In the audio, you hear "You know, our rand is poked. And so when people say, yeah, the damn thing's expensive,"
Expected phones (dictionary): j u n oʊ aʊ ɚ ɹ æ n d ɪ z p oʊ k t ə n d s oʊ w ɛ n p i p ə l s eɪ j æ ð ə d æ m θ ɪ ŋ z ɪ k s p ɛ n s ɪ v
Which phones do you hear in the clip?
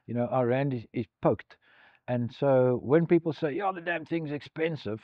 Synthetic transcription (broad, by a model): j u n oʊ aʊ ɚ ɹ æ n d ɪ z p oʊ k t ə n s oʊ w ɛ n p i p l s eɪ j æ ð ə d æ m θ ɪ ŋ z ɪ k s p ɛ n s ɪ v